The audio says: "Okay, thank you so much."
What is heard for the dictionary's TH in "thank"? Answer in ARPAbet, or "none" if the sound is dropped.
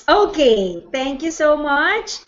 T